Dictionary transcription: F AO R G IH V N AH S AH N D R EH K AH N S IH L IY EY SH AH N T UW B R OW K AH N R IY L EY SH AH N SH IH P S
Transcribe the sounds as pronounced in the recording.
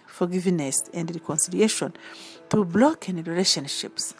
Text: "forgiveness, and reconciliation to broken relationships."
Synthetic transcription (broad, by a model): F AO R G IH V N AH S AH N D R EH K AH N S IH L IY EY SH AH N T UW B L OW K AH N R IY L EY SH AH N SH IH P S